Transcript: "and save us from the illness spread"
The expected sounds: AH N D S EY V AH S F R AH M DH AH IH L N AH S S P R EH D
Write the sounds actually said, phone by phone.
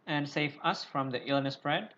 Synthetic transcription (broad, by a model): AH N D S EY V AH S F R AH M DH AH IH L N AH S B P R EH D